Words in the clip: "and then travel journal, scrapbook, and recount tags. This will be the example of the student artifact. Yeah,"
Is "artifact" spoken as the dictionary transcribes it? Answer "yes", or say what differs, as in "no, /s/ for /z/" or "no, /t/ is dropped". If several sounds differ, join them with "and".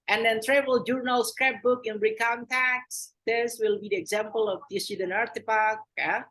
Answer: no, /p/ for /f/